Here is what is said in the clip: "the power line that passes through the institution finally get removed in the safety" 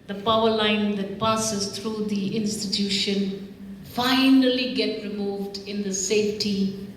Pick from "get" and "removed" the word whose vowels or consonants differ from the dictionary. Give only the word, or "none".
none